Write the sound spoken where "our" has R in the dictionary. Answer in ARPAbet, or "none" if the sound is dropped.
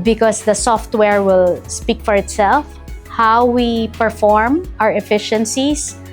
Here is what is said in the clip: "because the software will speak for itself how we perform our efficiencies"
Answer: R